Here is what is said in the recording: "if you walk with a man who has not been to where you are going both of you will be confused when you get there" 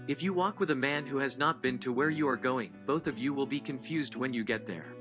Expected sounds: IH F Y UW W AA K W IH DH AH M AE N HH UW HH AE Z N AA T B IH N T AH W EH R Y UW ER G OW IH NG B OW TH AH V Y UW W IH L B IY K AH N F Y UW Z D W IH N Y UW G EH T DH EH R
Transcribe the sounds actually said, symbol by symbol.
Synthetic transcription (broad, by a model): IH F Y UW W AA K W IH DH AH M AE N HH UW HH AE Z N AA T B IH N T AH W EH R Y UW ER G OW IH NG B OW TH AH V Y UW W IH L B IY K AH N F Y UW Z D W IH N Y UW G EH T DH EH R